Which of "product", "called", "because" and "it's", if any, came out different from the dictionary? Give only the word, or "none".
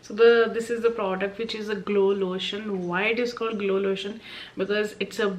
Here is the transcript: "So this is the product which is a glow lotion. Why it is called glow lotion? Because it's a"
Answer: none